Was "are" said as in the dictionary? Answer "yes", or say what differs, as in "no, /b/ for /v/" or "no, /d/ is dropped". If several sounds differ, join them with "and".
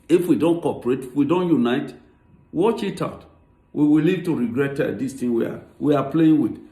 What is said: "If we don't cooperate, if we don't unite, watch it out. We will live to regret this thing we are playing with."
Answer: no, /w/ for /ɹ/